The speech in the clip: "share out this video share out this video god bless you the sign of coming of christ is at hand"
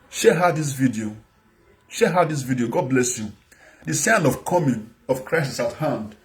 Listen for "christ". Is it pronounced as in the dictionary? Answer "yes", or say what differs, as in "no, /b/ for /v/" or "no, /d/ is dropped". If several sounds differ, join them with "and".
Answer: no, /t/ is dropped